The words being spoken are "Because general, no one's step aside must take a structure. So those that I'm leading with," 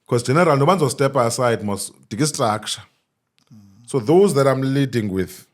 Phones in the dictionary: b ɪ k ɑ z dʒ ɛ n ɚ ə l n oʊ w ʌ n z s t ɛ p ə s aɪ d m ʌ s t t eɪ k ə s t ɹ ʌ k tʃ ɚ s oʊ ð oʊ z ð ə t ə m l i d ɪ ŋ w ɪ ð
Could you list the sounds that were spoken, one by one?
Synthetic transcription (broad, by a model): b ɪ k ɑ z dʒ ɛ n ɚ ə l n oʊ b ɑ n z s t ɛ p ə s aɪ d m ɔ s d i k ə s t ɹ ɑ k ʃ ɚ s oʊ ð oʊ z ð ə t ə m l i d ɪ ŋ w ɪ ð